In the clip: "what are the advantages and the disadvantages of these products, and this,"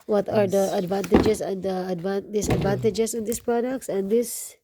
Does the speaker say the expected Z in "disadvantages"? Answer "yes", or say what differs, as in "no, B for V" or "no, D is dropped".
no, S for Z